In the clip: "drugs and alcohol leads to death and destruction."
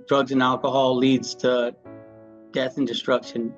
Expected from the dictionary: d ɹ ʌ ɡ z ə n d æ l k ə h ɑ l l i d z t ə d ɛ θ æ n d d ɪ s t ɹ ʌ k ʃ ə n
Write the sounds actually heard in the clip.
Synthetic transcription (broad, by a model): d ɹ ʌ ɡ z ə n æ l k ə h ɑ l l i d z t ə d ɛ θ n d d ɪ s t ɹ ʌ k ʃ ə n